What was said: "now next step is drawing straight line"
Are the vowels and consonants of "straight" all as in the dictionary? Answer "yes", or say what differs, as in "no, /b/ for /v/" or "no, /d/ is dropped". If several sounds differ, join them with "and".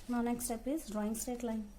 no, /ɹ/ is dropped